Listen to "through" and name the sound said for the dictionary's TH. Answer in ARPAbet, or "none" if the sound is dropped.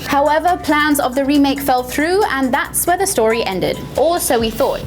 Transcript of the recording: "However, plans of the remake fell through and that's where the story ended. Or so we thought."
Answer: TH